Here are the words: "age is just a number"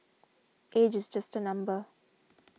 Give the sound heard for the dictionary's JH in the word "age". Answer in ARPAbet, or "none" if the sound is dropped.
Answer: JH